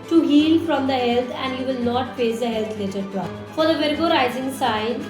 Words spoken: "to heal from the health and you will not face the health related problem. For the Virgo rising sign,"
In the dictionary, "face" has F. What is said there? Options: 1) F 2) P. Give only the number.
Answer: 2